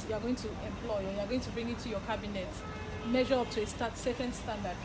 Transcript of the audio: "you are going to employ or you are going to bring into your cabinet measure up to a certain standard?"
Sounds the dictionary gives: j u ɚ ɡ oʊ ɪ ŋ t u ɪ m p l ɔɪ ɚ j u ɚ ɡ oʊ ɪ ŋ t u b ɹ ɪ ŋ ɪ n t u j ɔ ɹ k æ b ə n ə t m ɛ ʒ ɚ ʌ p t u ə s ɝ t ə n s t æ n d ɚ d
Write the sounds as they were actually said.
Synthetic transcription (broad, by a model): j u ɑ ɡ oʊ ɪ ŋ t u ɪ m p l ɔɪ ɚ j u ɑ ɡ oʊ ɪ ŋ t u b ɹ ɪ ŋ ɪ t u j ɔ k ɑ b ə n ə t m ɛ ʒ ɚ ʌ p t u ə s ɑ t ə n s t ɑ n d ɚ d